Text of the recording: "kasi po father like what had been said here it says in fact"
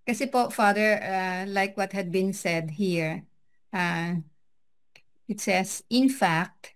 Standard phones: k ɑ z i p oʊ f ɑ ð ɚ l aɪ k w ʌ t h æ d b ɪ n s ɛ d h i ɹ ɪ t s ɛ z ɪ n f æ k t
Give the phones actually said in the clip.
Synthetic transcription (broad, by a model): k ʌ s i p oʊ f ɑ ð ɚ l aɪ k w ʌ t h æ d b ɪ n s ɛ d h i ɹ ɪ t s ɛ s ɪ n f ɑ k t